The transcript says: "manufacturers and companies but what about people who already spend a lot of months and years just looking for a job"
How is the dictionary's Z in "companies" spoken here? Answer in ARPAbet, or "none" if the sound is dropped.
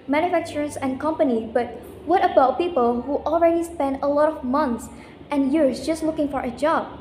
none